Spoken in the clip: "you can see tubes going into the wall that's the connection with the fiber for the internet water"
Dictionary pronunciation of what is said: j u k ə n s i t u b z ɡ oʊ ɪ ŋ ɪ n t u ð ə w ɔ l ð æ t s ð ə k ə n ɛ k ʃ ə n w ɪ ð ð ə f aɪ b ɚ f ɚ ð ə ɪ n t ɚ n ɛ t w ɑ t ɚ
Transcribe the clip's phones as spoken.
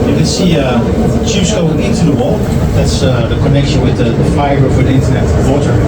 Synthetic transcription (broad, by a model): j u k ə n s i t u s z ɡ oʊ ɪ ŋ ɪ n t u ð ə w ɔ l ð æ t s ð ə k ə n ɛ k ʃ ə n w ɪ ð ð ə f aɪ ɚ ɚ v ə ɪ n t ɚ n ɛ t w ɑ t ɚ